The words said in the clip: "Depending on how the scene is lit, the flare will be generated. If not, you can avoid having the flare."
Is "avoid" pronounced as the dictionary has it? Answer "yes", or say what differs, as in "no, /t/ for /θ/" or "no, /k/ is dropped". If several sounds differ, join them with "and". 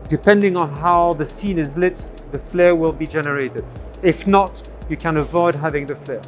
yes